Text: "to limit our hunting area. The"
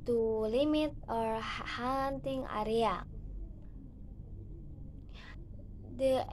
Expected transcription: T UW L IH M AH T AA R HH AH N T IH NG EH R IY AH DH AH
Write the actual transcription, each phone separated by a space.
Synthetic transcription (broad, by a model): T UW L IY M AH T AA R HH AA N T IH NG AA R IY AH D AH